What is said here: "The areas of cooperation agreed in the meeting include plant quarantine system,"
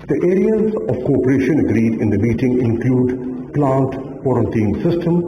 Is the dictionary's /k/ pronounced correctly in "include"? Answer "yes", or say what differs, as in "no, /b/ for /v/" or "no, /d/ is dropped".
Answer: yes